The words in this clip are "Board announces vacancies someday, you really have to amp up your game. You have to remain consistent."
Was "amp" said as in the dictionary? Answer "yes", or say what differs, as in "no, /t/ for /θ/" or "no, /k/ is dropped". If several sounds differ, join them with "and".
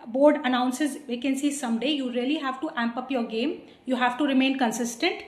yes